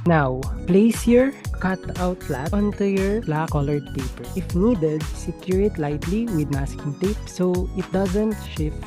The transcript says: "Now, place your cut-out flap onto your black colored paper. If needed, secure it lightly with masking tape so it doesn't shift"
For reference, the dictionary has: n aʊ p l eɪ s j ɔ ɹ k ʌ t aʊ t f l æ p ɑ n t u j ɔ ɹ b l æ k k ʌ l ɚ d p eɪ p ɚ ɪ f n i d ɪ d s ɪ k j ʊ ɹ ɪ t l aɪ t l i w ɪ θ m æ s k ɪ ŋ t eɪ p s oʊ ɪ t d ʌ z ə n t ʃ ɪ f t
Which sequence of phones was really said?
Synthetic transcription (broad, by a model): n aʊ p l eɪ s j ɔ ɹ k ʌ t aʊ t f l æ ɑ n t u j ɔ ɹ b l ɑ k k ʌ l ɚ d p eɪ p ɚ ɪ f n i d ɪ d s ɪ k j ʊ ɹ ɪ t l aɪ t l i w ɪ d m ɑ s k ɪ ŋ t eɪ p s oʊ ɪ t d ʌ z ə n t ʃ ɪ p